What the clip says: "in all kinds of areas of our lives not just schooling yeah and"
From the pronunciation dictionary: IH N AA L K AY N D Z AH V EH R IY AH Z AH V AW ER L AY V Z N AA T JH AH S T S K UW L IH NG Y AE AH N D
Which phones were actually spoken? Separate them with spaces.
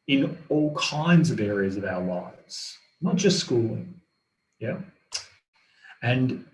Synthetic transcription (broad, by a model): IH N AA L K AY N D Z AH V EH R IY AH Z AH V AW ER L AY V Z N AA T JH AH S T S K UW L IH NG Y AE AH N